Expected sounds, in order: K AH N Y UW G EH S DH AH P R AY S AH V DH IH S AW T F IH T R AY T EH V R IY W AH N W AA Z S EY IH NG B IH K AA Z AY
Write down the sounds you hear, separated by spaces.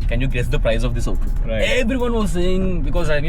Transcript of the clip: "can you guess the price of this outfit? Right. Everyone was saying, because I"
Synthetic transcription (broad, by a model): K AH N Y UW G EH S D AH P R AY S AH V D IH S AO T IH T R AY EH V R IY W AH N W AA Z S EY IH NG B IH K AA Z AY